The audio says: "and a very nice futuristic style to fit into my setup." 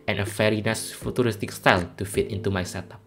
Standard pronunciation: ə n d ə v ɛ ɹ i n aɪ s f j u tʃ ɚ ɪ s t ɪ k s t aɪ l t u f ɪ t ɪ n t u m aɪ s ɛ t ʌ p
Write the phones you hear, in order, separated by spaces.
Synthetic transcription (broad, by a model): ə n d ə f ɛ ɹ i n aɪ s f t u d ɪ s t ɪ k s t aɪ l t u f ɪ t ɪ n t u m aɪ s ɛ t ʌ p